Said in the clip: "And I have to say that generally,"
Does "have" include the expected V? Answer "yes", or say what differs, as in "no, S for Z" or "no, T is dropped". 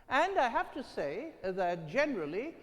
no, F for V